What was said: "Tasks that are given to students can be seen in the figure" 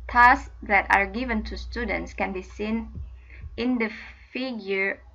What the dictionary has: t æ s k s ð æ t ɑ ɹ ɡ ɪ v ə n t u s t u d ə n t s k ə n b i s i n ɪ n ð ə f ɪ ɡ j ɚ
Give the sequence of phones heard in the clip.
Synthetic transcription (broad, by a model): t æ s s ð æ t ɑ ɹ ɡ ɪ v ə n t u s t u d ə n t s k ə n b i s i n ɪ n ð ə f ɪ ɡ j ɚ